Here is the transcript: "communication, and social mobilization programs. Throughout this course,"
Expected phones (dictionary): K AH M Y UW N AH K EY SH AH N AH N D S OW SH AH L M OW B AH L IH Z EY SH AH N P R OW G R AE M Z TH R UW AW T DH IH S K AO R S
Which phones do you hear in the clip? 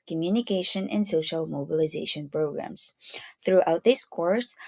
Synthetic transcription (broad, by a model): K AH M Y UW N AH K EY SH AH N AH N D S OW SH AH L M OW B AH L IH Z EY SH AH N P R OW G R AE M Z TH R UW AW T DH IH S K AO R S